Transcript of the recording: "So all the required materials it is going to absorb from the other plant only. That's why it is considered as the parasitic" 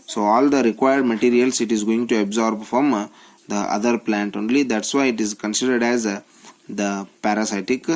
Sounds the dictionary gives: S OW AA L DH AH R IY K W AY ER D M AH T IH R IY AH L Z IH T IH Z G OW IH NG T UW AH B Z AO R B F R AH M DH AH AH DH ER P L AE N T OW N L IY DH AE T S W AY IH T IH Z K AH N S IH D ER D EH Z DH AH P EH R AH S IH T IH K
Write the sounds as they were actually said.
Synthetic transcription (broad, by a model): S OW AA L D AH R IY K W AY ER D M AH T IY R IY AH L S IH T IH Z G OW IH NG T UW AH B Z AO R B F R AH M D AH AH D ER P L AE N T OW N L IY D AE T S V AY IH T IH Z K AH N S IH D ER D EH Z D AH P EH R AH S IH T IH K